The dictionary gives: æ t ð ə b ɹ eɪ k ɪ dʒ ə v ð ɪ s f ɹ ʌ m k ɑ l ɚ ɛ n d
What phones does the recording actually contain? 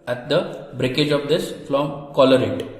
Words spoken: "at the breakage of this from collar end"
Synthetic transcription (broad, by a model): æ t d ə b ɹ eɪ k ɪ dʒ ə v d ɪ s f l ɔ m k ɑ l ɚ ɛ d